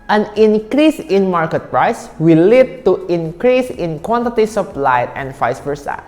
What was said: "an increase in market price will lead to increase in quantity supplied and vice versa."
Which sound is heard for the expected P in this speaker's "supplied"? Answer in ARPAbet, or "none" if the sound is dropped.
F